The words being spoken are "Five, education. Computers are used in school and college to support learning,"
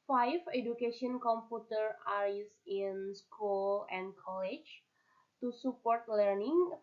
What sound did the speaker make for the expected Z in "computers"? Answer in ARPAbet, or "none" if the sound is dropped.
none